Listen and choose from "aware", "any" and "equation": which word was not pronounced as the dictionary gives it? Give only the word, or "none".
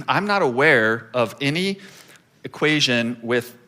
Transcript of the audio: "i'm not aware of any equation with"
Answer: none